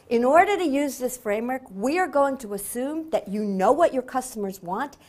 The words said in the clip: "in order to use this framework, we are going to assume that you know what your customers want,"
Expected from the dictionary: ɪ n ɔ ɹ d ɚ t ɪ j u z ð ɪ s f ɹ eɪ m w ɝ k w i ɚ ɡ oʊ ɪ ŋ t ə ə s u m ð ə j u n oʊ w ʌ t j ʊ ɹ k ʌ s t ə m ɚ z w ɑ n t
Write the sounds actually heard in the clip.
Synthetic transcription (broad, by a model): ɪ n ɔ ɹ d ɚ t ɪ j u z ð ɪ s f ɹ eɪ m w ɝ k w i ɚ ɡ oʊ ɪ ŋ t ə ə s u m ð ə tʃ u n oʊ w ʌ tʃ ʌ ɹ k ʌ s t ə m ɚ z w ɑ n t